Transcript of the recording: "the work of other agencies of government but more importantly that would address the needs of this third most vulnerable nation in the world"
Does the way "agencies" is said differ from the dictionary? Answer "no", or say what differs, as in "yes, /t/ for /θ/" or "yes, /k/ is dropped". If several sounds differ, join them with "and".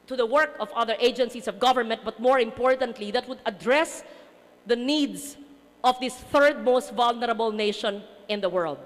yes, /s/ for /z/